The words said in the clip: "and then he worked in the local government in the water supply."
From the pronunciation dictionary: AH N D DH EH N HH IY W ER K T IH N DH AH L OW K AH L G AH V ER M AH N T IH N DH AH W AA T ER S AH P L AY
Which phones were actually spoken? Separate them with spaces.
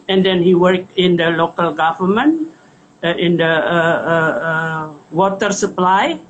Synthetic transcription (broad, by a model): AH N D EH N HH IY W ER K IH N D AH L OW K AH L G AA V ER M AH N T IH N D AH W AA T ER S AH P L AY